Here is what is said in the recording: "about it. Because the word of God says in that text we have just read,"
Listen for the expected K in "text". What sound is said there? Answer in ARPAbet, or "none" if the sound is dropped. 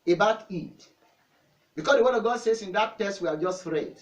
none